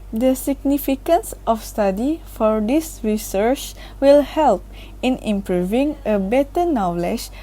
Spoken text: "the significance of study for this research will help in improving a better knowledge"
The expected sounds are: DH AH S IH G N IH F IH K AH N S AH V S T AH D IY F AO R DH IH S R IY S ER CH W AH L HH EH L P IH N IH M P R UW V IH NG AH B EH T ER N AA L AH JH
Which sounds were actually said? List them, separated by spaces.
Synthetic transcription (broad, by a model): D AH S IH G N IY F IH K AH N S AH F S T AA D IY F AO R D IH S R IY S ER CH W AH L HH EH L P IH N IH M P R UW V IH NG AH B EH T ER N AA L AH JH